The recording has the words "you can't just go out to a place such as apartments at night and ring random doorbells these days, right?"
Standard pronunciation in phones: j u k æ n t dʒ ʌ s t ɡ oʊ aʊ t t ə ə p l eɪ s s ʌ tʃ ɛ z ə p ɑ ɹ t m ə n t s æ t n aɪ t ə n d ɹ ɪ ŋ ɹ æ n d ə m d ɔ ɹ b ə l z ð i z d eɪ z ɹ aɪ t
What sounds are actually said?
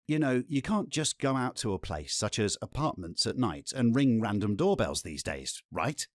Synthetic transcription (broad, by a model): j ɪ k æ n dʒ ʌ s ɡ oʊ aʊ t t ə ə p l eɪ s s ʌ tʃ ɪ z ə p ɑ ɹ t m ə n t s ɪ t n aɪ t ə n ɹ ɪ ŋ ɹ æ n d ə m d ɔ ɹ b ə l z ð i z d eɪ z ɹ aɪ t